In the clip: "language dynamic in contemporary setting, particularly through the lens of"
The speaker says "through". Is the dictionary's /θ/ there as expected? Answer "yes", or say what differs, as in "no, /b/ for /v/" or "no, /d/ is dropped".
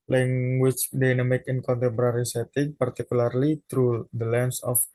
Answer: no, /t/ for /θ/